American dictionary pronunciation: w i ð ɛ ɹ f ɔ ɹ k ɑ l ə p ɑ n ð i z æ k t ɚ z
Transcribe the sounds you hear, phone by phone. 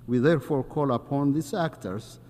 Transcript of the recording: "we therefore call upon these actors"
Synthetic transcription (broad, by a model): w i ð ɛ ɹ f ɔ ɹ k ɑ l ə p ɑ n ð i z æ k t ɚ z